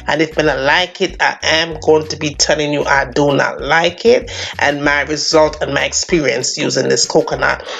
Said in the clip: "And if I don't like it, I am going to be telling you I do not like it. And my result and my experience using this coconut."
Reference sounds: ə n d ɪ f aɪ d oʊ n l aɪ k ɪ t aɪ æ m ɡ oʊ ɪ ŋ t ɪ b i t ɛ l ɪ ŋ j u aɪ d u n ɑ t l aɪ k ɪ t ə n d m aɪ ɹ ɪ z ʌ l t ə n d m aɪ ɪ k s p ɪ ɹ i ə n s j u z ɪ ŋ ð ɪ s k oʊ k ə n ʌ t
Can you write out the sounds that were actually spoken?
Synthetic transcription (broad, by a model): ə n ɪ f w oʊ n l aɪ k ɪ t aɪ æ m ɡ oʊ ɪ ŋ t ɪ b i t ɛ l ɪ ŋ j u aɪ d u n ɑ t l aɪ k ɪ t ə n m aɪ ɹ ɪ z ʌ l t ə n m aɪ ɪ k s p ɪ ɹ i ə n s j u z ɪ ŋ ð ɪ s k oʊ k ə n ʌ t